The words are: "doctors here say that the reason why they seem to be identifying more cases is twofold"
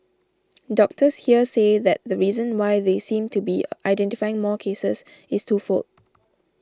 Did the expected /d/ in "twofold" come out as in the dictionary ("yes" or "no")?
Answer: no